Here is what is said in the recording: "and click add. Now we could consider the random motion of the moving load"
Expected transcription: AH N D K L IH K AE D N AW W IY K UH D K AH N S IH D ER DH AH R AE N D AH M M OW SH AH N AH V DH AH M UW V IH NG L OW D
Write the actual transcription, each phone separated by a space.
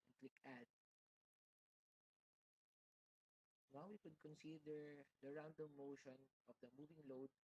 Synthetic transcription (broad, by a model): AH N K L IH K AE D N AW W IY K UH D K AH N S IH D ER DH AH R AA N D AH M M OW SH AH N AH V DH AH M UW V IH NG L OW D